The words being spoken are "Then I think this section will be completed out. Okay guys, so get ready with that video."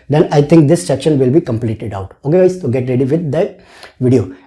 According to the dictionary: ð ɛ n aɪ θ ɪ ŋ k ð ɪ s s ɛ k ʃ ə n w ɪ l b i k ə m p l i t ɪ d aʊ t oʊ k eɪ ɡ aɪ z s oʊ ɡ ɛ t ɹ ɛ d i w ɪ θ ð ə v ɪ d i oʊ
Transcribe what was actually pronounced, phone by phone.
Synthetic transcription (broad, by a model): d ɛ n aɪ t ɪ ŋ k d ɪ s s ɛ k ʃ ə n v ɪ l b i k ə m p l i t ɪ d aʊ t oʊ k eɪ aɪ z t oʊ ɡ ɛ t ɹ ɛ d i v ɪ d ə v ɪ d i oʊ